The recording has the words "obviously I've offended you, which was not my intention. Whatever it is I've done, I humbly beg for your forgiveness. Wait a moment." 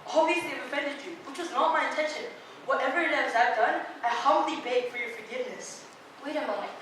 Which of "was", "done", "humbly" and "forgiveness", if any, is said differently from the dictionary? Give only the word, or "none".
humbly